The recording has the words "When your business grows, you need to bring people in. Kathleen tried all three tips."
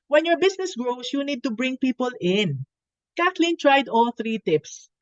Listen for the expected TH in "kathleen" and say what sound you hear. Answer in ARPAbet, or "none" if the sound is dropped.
T